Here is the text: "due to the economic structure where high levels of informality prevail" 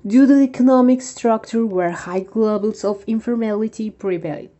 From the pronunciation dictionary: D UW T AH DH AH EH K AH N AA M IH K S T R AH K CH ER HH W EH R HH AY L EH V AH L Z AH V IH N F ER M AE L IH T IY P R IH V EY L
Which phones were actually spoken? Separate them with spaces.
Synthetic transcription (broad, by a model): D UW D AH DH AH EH K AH N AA M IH K S T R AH K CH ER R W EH R HH AY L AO B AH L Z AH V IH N F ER M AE L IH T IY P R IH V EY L